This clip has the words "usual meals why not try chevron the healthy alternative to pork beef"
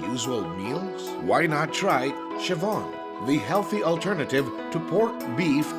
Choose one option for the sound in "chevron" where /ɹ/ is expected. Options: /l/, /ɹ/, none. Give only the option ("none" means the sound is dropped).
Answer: none